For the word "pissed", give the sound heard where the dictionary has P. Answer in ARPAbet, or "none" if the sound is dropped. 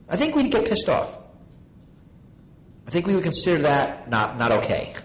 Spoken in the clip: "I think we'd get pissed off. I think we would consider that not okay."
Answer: P